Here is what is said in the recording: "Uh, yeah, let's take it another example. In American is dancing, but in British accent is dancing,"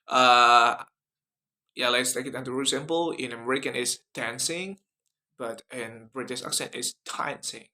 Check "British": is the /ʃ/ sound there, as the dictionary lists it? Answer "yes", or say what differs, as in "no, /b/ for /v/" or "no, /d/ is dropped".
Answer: no, /s/ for /ʃ/